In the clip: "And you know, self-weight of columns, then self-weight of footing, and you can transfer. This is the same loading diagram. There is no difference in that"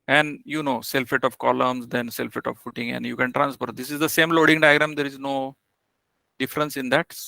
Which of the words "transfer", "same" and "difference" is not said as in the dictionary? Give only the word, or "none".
transfer